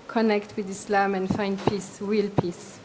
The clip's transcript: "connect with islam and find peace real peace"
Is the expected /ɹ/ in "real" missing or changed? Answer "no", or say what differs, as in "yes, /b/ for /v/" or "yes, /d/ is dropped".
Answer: yes, /w/ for /ɹ/